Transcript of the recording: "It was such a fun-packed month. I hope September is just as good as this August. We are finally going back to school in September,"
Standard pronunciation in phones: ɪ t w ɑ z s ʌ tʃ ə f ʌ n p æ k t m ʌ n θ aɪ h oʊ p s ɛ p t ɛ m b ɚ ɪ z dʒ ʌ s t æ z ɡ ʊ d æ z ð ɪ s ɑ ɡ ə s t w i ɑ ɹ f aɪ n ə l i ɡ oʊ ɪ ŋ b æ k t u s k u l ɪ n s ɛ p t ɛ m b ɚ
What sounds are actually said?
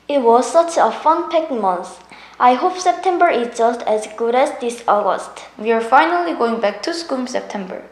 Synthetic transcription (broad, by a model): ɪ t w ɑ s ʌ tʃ ə f ʌ n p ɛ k m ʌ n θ aɪ h oʊ p s ɛ p t ɛ m b ɚ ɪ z dʒ ʌ s t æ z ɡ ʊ d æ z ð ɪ s ɑ ɡ ə s t w i ɑ ɹ f aɪ n ə l i ɡ oʊ ɪ ŋ b æ k t u s k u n s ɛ p t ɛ m b ɚ